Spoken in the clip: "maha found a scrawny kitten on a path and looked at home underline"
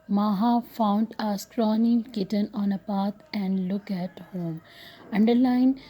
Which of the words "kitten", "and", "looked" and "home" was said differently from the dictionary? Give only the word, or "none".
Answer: looked